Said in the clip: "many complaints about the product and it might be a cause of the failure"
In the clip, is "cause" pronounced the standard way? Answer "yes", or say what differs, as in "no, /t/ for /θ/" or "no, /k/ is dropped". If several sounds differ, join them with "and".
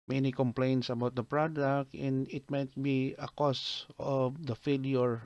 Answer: no, /s/ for /z/